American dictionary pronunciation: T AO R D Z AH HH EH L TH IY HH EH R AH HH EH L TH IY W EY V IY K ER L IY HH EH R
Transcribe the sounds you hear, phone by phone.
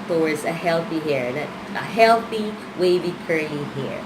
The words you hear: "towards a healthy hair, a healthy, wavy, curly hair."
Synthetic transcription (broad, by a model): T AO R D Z AH HH EH L TH IY HH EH R AH HH EH L TH IY W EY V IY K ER IY HH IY R